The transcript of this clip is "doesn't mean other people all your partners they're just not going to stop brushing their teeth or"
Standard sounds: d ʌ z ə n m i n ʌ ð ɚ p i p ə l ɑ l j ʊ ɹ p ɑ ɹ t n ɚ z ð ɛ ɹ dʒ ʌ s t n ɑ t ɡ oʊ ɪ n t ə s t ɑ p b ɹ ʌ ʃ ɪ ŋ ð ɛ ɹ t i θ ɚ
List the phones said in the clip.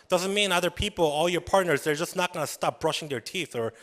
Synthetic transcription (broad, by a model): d ʌ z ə n m i n ʌ ð ɚ p i p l ɑ l j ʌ ɹ p ɑ ɹ t n ɚ z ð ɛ ɹ dʒ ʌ s n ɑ t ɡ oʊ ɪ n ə s t ɑ p b ɹ ʌ ʃ ɪ ŋ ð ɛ ɹ t i θ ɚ